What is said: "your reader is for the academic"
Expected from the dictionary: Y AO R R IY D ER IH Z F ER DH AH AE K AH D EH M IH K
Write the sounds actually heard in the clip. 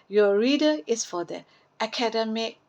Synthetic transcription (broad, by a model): Y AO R R IY D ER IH S F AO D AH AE K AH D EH M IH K